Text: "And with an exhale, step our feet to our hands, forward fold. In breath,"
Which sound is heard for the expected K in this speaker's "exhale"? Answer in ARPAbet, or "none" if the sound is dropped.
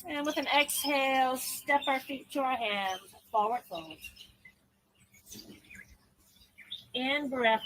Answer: K